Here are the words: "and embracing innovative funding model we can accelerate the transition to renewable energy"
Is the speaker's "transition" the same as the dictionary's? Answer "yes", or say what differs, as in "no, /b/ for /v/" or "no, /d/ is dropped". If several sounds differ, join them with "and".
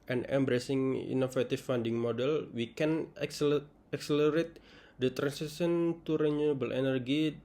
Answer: no, /s/ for /z/ and /s/ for /ʃ/